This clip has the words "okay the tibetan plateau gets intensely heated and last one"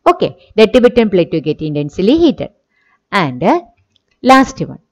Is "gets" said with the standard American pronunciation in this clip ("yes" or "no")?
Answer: no